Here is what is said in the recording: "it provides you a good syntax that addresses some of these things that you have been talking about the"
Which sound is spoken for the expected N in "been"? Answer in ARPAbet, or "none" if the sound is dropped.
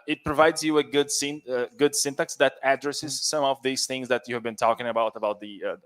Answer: N